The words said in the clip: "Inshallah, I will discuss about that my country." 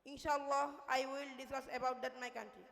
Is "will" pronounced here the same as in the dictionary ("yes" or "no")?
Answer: yes